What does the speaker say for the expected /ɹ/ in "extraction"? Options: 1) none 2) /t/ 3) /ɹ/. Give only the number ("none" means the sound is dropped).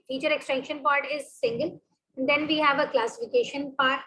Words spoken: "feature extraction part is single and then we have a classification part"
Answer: 1